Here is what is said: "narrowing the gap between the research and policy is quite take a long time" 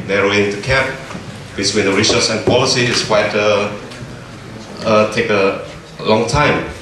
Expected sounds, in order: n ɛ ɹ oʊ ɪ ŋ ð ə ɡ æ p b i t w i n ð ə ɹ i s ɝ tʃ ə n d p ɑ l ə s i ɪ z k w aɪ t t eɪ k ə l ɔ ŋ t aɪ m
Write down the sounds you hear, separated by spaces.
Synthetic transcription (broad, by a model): n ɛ ɹ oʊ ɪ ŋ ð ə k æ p b i t w i n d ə ɹ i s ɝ s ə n p ɑ l ə s i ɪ s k w aɪ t t eɪ k ə l ɔ ŋ t aɪ m